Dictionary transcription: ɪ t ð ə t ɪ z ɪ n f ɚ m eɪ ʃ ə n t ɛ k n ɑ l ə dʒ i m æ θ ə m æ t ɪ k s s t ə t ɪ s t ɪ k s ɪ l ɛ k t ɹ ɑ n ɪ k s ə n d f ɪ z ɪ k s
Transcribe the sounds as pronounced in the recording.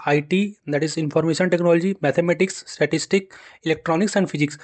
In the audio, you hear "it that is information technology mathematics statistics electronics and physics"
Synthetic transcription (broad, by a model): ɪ t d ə t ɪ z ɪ n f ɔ m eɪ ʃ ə n t ɛ k n ɑ l ə dʒ i m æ t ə m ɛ t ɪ k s s t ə t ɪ s t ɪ k ɪ l ɛ k t ɹ ɑ n ɪ k s ə n d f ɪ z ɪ k s